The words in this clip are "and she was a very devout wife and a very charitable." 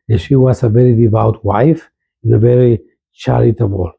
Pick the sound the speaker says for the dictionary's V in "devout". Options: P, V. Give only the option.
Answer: V